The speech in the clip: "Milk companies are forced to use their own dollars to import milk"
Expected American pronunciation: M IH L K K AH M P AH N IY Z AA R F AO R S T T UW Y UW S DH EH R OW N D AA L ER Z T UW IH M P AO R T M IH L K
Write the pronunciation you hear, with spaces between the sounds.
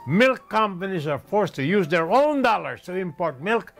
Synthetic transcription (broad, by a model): M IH L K K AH M P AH N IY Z AA R F AO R S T T UW Y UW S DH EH R OW N D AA L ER S T UW IH M P AO R T M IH L K